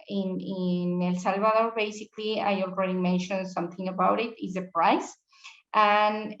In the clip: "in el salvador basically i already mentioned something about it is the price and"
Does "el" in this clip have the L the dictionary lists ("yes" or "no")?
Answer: yes